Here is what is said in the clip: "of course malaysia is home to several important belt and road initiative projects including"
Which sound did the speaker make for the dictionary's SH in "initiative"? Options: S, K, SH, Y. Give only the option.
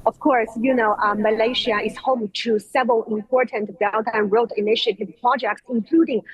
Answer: SH